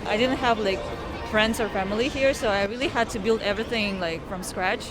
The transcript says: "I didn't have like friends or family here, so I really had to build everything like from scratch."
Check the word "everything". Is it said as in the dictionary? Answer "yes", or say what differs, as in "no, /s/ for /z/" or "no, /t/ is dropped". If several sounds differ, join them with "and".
yes